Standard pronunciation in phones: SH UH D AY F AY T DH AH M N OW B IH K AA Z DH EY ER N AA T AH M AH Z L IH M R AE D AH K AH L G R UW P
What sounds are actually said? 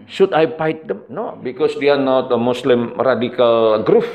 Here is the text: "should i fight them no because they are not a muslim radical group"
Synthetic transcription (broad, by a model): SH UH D AY P AY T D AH M N OW B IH K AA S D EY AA N AA T AH M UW S L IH M R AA D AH K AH L G R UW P